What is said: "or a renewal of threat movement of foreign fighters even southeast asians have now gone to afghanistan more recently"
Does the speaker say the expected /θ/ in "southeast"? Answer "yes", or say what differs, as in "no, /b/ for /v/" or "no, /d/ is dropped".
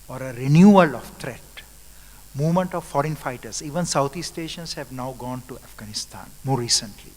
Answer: no, /t/ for /θ/